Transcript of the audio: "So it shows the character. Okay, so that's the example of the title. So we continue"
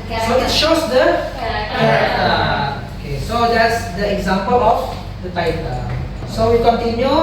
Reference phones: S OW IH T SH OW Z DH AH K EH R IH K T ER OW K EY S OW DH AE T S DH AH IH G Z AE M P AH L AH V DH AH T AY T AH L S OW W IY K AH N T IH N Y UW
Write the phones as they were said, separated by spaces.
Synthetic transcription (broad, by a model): S OW IH T SH OW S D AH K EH IH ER OW K EY S OW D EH T S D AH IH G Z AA M P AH L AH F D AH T AY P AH S OW W IY K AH N T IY N Y UW